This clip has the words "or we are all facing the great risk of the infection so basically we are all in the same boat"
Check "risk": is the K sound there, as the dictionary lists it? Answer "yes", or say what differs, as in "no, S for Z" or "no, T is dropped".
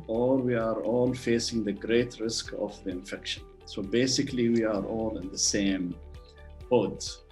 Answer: yes